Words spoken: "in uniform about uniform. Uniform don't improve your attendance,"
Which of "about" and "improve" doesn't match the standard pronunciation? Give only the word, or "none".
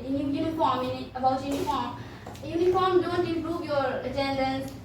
improve